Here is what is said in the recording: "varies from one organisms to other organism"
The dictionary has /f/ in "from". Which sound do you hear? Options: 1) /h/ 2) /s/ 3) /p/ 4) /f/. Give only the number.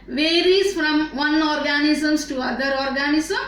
4